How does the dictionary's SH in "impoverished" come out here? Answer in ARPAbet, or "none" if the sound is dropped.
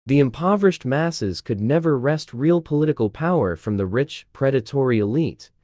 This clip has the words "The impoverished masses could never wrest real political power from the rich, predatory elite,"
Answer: SH